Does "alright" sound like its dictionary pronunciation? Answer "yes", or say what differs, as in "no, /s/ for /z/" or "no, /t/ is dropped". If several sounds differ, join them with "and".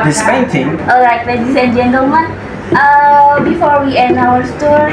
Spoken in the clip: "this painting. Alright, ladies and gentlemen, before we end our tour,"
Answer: no, /l/ is dropped